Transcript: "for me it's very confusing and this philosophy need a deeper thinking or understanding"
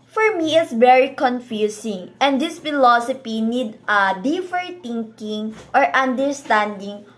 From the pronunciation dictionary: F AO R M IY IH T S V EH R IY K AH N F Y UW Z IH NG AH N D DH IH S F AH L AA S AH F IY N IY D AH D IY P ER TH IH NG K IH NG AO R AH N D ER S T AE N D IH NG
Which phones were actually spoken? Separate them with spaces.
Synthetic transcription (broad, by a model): F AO R M IY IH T S V EH R IY K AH N F Y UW S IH NG AH N D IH S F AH L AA S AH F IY N IY D AH D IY F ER T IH NG K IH NG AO R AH N D ER S T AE N D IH NG